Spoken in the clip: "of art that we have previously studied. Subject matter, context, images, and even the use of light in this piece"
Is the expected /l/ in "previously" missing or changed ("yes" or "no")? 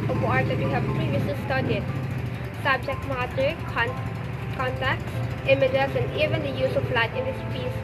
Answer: yes